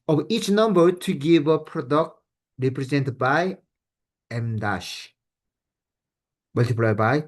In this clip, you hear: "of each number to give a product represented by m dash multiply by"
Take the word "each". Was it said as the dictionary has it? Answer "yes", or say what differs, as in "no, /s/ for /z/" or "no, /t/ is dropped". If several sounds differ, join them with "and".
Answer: yes